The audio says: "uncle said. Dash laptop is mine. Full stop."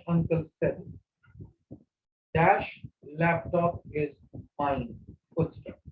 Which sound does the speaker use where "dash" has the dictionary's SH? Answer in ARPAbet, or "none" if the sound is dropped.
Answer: SH